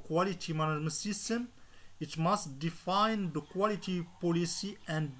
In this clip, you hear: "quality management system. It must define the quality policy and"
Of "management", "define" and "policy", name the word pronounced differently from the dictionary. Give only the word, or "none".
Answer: management